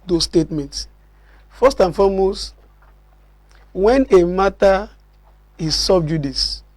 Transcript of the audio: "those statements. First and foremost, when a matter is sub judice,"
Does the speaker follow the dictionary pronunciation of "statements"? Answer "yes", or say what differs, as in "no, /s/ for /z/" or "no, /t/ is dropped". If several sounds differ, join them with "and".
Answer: yes